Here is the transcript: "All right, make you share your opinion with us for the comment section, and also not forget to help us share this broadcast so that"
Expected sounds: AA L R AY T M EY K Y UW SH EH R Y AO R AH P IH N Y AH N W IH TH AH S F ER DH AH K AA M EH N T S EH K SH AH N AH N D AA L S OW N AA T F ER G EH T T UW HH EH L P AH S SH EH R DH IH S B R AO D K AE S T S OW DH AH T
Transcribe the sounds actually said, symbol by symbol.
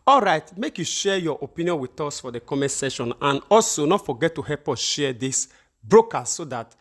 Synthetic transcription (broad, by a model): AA L R AY T M EY K Y UW SH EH Y AO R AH P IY N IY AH N W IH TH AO S F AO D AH K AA M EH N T S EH SH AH N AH N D AA L S OW N AA T F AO G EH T T UW HH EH P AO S SH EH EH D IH S B R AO K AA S S OW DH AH T